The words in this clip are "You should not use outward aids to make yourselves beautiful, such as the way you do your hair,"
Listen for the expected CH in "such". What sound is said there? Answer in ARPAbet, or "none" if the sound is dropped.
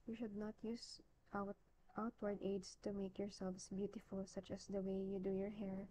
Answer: CH